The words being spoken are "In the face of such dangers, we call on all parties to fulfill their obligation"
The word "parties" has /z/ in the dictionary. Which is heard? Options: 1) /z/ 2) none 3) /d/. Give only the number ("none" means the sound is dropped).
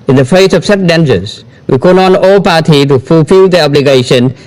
2